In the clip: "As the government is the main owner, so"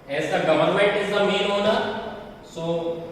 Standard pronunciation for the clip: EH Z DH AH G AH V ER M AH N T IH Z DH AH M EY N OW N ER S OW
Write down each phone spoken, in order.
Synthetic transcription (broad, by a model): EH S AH G AH V ER M AH N T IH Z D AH M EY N OW N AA S OW